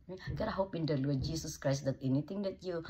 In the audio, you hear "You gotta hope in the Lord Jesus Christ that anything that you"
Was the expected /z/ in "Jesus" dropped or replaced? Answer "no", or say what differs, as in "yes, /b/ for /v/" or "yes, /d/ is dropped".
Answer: yes, /s/ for /z/